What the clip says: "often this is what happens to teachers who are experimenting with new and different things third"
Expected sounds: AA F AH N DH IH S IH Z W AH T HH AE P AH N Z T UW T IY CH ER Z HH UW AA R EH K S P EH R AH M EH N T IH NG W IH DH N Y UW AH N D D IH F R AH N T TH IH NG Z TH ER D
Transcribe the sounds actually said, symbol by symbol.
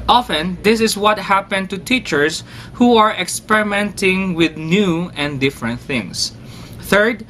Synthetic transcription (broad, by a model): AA F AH N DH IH S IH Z W AH T HH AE P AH N T UW T IY CH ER S HH UW AA R EH K S P EH R AH M EH N T IH NG W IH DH N Y UW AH N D D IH F R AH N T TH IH NG S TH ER D